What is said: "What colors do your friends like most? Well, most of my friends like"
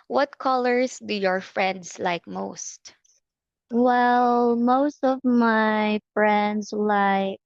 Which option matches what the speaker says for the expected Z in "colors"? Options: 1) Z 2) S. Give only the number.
2